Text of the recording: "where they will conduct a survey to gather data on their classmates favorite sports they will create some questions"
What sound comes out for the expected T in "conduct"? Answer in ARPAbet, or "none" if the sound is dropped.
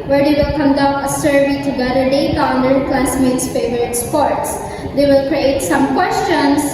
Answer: none